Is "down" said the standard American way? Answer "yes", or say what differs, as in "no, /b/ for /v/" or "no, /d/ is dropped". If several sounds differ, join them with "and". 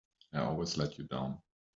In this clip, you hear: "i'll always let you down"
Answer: yes